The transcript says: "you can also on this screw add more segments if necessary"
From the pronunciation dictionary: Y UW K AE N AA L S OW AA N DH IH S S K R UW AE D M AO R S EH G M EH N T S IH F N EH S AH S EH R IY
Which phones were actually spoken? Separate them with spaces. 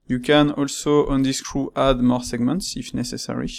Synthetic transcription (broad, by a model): Y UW K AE N AA L S OW AA N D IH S S K R UW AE D M AO R S EH G M EH N T S IH F N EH S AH S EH R IY